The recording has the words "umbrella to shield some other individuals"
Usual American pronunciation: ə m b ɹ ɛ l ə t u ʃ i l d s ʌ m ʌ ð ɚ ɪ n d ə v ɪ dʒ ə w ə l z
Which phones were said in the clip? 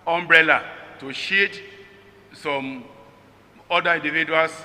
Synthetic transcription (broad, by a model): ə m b ɹ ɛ l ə t u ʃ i d s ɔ m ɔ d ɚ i n d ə v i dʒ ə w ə l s